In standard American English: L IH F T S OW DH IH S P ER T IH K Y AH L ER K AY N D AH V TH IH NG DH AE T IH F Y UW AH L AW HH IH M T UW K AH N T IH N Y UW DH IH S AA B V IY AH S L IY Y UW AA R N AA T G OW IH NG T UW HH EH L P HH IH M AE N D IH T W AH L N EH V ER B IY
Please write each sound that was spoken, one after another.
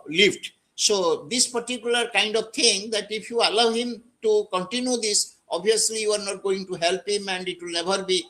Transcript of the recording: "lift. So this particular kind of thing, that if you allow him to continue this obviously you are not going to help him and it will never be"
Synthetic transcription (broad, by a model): L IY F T S OW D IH S P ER T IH K Y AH L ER K AY N D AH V T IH NG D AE T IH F Y UW AH L AW HH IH M T UW K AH N T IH N Y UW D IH S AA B IY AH S L IY Y UW AA R N AA T G OW IH NG T UW HH EH L P HH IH M AE N D IH T W AH L N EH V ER B IY